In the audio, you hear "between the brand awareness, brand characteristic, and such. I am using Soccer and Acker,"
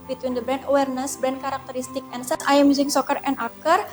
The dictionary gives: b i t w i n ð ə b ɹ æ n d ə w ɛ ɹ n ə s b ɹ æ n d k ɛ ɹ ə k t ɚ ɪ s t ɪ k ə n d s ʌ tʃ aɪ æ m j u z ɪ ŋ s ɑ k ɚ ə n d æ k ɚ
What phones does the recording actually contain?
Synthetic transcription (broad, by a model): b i t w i n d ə b ɹ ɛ n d ə w ɛ ɹ n ə s b ɹ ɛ n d k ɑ ɹ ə k t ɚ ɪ s t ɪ k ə n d s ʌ s aɪ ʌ m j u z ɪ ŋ s ɑ k ɚ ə n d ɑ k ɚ